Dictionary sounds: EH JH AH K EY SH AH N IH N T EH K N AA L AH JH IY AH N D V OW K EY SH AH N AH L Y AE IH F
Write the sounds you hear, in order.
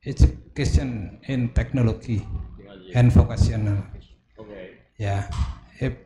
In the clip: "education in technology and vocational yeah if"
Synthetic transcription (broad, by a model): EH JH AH K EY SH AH N IH N T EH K N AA L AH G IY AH N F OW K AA S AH N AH L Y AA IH